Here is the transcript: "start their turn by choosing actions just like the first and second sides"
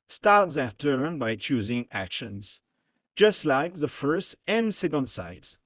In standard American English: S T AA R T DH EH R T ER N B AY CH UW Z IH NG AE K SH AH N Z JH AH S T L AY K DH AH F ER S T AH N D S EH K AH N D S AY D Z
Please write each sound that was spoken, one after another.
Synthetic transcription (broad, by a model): S T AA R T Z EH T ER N B AY CH UW Z IH NG AE K SH AH N Z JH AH S T L AY K DH AH F ER S T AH N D S EH K AH N D S AY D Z